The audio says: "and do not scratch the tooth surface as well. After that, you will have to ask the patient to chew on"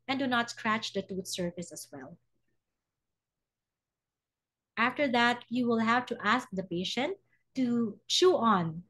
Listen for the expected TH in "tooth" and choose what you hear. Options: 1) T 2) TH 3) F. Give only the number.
1